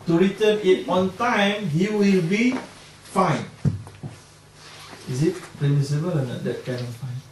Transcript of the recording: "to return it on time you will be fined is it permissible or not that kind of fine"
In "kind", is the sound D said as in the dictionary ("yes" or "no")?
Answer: no